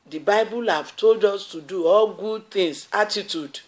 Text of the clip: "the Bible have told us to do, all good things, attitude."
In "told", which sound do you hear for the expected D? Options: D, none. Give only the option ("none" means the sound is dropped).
D